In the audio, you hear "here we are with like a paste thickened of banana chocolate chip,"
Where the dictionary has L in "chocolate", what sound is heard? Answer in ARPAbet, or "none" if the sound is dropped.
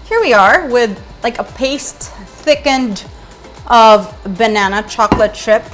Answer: L